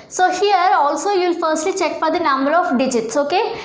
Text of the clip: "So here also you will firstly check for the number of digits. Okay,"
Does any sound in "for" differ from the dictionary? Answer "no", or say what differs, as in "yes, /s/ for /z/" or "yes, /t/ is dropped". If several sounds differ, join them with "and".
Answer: yes, /p/ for /f/